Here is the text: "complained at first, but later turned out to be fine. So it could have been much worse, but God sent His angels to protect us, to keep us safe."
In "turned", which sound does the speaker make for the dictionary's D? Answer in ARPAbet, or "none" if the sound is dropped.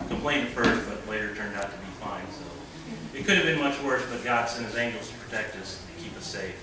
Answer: D